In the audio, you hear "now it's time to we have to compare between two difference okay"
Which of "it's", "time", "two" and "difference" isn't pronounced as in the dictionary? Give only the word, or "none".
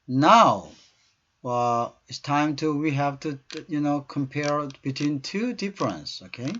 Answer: none